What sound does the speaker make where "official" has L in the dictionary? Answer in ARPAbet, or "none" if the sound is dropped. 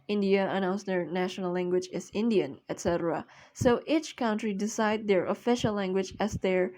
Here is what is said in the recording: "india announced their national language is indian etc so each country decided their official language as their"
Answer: L